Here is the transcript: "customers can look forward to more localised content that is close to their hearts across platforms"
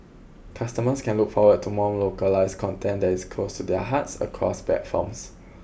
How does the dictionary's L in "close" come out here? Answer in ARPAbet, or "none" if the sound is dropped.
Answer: L